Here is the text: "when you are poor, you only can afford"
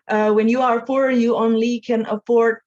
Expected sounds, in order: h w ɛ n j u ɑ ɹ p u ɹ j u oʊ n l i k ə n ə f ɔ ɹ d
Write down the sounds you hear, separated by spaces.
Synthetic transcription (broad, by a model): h w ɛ n j u ɑ ɹ f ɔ ɹ j u oʊ n l i k ə n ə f ɔ ɹ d